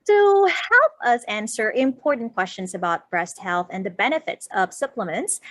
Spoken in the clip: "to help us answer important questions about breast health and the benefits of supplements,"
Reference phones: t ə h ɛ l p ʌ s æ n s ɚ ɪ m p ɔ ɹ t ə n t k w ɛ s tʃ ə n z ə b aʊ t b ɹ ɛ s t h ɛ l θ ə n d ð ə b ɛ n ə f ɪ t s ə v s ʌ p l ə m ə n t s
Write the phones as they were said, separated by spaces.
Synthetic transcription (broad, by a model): t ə h ɛ l p ʌ s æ n s ɚ ɪ m p ɔ ɹ t n k w ɛ s tʃ ə n z ə b aʊ t b ɹ ɛ s t h ɛ l θ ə n ð ə b ɛ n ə f ɪ t s ə v s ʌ p l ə m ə n t s